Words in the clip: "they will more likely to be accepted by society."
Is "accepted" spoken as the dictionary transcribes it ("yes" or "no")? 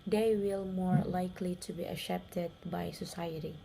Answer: no